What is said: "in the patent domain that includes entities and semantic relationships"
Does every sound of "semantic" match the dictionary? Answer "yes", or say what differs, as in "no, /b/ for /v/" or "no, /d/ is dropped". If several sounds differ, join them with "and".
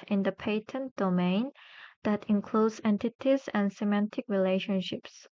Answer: yes